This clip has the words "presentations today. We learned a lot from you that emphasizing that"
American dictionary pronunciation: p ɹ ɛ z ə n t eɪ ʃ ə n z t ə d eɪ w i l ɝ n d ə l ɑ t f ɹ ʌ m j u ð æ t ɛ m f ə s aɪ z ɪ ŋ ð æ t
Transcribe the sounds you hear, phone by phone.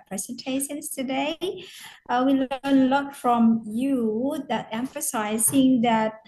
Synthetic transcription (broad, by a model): p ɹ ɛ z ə n t eɪ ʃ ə n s t ə d eɪ w i l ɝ n ə l ɑ t f ɹ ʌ m j u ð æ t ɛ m f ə s aɪ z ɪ ŋ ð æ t